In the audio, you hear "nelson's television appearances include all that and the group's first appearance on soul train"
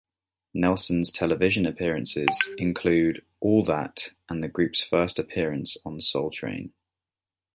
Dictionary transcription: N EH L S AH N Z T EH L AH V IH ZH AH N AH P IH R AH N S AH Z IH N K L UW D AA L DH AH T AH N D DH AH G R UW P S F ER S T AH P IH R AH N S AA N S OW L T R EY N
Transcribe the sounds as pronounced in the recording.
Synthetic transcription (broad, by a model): N EH L S AH N Z T EH L AH V IH ZH AH N AH P IH R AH N S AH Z IH N K L UW D AA L DH AH T AH N DH AH G R UW P S F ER S T AH P IH R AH N S N S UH L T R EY N